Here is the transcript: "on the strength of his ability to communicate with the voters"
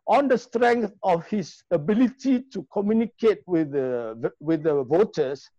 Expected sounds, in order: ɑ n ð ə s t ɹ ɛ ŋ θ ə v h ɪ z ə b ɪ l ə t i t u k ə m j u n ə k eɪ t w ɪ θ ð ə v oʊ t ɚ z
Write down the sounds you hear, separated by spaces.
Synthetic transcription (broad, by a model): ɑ n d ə s t ɹ ɛ ŋ θ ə f h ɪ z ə b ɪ l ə t i t u k ə m j u n ə k eɪ t w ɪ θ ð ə v oʊ t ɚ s